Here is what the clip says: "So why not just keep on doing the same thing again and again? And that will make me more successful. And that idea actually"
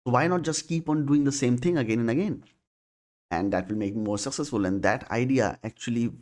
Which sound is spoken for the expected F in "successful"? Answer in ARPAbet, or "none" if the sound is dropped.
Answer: F